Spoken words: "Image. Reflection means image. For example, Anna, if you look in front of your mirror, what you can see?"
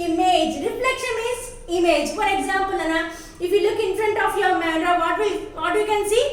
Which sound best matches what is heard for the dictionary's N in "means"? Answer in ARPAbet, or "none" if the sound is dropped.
none